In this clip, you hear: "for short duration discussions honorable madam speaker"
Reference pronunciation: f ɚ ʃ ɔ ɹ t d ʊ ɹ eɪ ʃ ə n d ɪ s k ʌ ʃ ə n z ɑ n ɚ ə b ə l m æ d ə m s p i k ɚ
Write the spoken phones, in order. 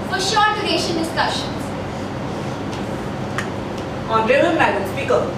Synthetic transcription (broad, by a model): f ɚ ʃ ɔ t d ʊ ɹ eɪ ʃ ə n d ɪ s k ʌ ʃ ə n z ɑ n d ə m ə n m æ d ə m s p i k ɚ